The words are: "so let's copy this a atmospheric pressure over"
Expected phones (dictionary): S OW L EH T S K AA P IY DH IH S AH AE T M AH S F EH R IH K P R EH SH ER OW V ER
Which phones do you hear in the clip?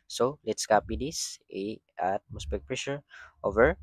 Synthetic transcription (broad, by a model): S OW L EH T S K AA P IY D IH S AH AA T M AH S P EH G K P R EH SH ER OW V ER